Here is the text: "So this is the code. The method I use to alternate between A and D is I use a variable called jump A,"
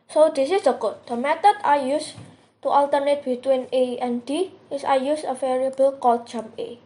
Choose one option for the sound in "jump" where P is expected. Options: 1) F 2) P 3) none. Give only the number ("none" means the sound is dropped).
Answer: 3